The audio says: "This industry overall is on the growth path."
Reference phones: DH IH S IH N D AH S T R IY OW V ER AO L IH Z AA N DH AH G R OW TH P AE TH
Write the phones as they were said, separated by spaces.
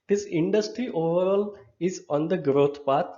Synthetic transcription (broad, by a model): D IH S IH N D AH S T R IY OW V ER AO L IH Z AA N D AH G R OW T P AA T